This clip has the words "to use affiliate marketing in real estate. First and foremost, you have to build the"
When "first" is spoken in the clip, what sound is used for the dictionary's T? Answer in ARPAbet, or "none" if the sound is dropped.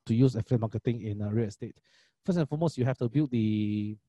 none